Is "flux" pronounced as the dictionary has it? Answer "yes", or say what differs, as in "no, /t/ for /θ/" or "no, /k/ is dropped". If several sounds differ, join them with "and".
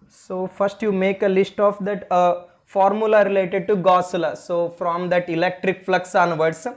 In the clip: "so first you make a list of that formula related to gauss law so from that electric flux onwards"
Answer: yes